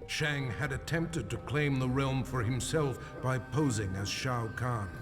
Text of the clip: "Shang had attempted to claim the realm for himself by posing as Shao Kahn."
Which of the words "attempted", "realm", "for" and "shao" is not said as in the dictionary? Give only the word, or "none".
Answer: none